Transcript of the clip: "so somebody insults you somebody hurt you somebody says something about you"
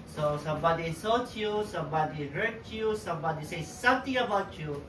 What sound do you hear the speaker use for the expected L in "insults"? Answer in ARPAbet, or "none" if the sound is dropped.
none